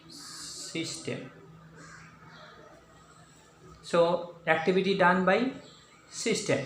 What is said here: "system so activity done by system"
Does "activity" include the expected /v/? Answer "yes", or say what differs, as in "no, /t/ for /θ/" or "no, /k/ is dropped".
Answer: no, /b/ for /v/